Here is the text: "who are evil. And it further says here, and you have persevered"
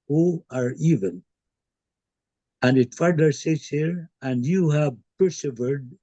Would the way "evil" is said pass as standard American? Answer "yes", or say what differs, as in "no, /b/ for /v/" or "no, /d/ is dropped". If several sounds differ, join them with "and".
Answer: no, /n/ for /l/